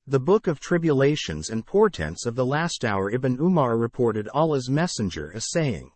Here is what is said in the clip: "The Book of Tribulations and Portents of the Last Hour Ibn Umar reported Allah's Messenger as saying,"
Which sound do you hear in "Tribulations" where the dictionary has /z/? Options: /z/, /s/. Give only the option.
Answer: /z/